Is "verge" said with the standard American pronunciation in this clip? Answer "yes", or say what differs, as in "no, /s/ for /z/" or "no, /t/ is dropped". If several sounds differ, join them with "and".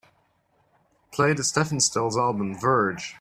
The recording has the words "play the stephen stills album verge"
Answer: yes